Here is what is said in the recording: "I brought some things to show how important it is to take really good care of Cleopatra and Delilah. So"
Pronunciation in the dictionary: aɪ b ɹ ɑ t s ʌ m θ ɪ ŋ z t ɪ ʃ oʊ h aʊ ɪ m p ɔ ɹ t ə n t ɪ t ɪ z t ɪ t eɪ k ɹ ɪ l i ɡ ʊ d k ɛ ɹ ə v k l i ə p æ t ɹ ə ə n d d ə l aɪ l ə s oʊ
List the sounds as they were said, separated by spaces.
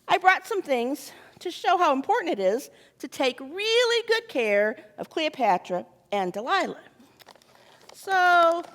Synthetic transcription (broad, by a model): aɪ b ɹ ɑ t s ʌ m θ ɪ ŋ z t ɪ ʃ oʊ h aʊ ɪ m p ɔ ɹ t n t ɪ t ɪ z t ɪ t eɪ k ɹ ɪ l i ɡ ʊ d k ɛ ɹ ə v k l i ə p æ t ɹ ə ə n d d ə l aɪ l ə s oʊ